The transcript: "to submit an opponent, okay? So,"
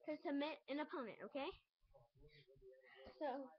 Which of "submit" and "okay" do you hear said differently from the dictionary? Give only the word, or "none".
submit